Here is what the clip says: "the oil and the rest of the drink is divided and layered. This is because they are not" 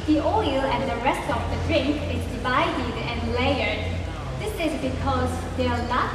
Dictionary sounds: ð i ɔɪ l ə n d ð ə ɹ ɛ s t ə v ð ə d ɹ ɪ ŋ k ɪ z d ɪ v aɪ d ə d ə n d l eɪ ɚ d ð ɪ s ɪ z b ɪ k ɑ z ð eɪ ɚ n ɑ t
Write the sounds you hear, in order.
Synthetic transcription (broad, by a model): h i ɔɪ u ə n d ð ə ɹ ɛ s t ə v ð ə d ɹ ɪ ŋ k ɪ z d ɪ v aɪ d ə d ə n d l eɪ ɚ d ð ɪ s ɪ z b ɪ k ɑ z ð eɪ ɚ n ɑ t